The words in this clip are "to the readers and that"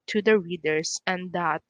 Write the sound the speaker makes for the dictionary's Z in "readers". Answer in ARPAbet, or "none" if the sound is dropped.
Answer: S